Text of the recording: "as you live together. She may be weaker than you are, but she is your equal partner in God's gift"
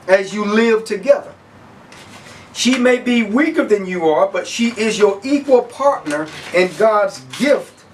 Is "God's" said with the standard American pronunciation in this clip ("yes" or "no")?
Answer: yes